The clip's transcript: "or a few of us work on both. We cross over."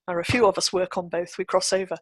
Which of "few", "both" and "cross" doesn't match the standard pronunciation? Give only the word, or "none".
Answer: none